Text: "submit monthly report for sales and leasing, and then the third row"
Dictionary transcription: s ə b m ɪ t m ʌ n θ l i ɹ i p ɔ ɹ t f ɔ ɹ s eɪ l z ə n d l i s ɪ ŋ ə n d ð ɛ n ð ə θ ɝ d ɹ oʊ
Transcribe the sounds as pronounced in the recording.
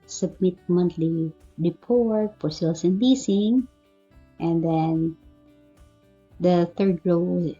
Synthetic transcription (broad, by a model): s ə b m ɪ t m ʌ n t l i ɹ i p ɔ ɹ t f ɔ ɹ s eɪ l s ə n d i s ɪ ŋ ə n d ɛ n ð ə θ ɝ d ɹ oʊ